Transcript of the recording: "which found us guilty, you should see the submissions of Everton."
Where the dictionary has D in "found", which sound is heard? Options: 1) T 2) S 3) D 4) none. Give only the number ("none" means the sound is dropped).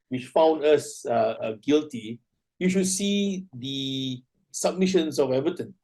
3